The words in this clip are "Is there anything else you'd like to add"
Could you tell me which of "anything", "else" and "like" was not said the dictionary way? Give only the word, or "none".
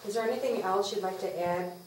none